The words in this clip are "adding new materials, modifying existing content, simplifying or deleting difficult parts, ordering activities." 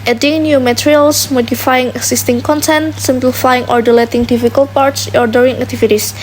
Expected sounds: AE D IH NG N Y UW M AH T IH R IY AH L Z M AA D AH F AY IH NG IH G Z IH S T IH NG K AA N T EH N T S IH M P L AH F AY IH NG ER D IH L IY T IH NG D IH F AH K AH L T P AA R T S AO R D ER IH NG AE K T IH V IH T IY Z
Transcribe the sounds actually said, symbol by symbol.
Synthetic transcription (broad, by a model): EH D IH NG N Y UW M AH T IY R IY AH L S M AA D AH F AY IH NG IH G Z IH S T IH NG K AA N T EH N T S IH M P L AH F AY IH NG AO D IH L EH T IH NG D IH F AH K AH L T P AA R T S AO R D ER IH NG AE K T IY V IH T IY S